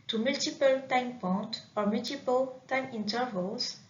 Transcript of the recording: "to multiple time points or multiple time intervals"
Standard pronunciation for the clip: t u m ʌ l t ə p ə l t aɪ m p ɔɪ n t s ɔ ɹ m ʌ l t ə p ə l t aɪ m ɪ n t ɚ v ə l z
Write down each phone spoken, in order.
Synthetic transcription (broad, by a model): t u m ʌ l t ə p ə l t aɪ m p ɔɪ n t ɔ ɹ m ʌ l t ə p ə l t aɪ m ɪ n t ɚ v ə l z